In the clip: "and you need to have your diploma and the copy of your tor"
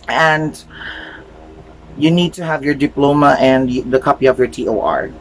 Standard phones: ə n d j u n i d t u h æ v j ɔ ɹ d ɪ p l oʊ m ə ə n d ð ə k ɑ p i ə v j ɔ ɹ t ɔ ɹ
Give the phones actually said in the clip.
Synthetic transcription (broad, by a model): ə n d j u n i d t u h æ v j ɔ ɹ d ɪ p l oʊ m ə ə n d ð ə k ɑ p i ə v j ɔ ɹ t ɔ ɹ